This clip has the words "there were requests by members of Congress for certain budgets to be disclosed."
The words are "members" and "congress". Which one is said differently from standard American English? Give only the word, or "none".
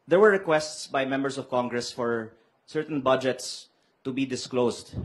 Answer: members